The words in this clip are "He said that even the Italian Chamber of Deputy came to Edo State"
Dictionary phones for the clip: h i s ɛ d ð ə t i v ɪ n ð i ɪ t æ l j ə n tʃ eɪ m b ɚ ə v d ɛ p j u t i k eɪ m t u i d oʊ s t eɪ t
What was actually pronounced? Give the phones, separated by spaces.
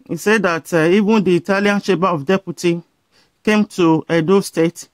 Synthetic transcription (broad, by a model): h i s ɛ d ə t i v ɪ n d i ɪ t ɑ l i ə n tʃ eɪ b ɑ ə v d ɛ p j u t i k eɪ m t u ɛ d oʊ s t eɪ t